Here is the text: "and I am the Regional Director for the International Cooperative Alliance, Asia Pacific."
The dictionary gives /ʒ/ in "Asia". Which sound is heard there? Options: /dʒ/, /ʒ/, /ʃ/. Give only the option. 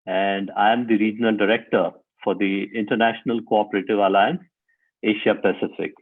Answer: /ʃ/